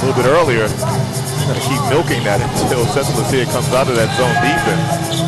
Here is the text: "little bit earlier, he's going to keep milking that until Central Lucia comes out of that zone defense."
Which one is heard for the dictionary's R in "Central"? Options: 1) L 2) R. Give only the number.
1